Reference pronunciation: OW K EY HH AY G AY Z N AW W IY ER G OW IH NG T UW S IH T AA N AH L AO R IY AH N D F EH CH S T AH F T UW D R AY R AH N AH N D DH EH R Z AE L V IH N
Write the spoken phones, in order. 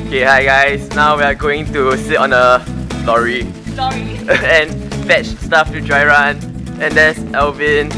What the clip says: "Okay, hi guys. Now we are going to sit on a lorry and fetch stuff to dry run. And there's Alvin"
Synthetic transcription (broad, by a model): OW K EY HH AY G AY S N AW W IY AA G OW IH NG T UW S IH T AA N AH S AO R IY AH N F EH CH S T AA F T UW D R AY R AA N AH N D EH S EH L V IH N